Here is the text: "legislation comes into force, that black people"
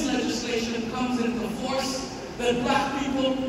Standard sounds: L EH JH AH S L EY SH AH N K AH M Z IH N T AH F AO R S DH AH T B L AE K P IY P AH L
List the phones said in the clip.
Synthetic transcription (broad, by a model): L EH JH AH S L EY SH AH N K AH M Z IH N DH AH F AO R S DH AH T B AE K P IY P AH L